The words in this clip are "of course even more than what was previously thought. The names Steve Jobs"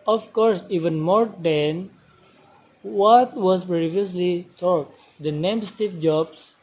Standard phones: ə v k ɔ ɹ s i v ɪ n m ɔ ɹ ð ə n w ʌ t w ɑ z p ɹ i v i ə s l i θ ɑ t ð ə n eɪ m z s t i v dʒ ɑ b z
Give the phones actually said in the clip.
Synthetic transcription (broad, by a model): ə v k ɔ ɹ s i v ɪ n m ɔ ɹ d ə n w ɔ t w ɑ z p ɹ i v i ə s l i t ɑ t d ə n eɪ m s t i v dʒ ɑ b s